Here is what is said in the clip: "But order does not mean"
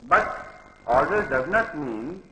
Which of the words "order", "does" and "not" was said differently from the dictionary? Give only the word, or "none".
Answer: order